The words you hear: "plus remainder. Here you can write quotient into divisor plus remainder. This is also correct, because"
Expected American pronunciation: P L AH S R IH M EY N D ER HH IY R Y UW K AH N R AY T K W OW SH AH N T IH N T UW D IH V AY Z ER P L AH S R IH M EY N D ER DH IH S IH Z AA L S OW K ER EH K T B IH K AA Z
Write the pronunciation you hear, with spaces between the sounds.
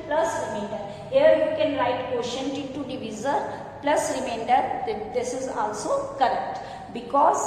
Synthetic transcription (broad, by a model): P L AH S R IH M EY N D ER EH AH R Y UW K AH N R AY T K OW SH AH N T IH T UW D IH V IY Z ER P L AH S R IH M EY N D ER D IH S IH Z AA L S OW K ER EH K T B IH K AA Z